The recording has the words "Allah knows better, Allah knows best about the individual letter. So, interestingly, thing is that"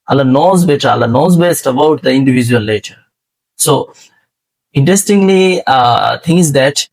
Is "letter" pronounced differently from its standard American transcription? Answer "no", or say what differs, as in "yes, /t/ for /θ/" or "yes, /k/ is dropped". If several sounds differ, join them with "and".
yes, /n/ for /l/